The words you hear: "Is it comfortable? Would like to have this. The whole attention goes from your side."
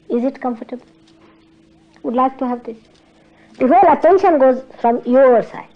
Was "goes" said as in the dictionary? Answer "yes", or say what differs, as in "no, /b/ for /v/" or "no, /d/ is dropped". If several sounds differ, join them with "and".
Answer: yes